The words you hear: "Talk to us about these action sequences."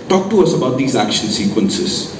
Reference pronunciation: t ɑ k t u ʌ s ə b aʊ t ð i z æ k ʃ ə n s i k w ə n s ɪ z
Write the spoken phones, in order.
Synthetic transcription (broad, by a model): t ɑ k t u ʌ s ə b aʊ t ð i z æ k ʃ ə l s i k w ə n s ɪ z